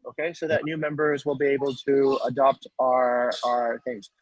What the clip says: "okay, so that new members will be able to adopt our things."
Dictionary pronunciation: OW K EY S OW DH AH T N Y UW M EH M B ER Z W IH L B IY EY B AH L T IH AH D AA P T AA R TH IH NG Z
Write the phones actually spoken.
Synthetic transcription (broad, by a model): OW K EY S OW DH AH T N Y UW M EH M B ER Z W IH L B IY EY B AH L T IH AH D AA P T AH R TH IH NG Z